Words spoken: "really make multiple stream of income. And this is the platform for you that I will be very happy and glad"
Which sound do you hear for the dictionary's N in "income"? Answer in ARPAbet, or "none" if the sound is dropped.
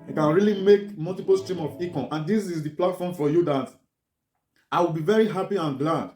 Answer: none